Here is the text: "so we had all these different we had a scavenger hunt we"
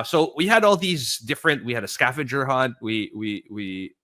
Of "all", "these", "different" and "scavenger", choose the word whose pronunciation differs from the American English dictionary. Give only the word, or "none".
scavenger